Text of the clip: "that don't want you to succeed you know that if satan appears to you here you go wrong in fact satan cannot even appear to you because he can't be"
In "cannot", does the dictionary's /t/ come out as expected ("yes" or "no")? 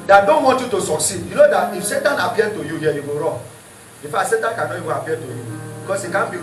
no